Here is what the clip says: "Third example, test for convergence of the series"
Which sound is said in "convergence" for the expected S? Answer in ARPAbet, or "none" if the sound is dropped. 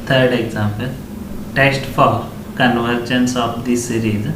S